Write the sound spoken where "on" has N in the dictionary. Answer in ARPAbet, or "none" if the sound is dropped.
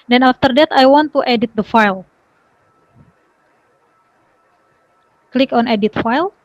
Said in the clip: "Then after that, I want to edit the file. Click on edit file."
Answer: N